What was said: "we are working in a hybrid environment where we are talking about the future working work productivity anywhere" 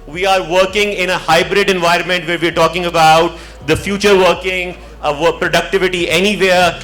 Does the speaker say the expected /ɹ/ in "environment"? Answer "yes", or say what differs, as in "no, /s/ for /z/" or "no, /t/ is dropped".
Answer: yes